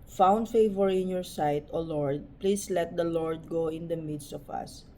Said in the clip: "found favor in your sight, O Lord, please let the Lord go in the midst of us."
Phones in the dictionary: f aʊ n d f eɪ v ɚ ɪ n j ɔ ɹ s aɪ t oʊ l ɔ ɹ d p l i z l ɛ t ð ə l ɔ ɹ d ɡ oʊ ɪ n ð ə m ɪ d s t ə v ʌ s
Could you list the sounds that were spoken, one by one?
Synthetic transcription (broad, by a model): f aʊ n d f eɪ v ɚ ɪ n j ɔ ɹ s aɪ t oʊ l ɔ ɹ d p l i s l ɛ t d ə l ɔ ɹ d ɡ oʊ ɪ n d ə m ɪ d s t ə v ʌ s